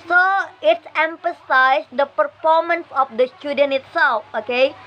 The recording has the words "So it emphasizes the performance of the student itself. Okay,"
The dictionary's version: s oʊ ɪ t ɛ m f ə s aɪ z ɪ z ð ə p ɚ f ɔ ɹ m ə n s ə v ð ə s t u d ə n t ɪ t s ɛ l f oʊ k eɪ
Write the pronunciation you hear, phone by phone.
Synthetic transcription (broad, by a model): s oʊ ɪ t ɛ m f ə s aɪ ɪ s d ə p ɚ f ɔ ɹ m ə n s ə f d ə s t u d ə n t ɪ t s ɛ l f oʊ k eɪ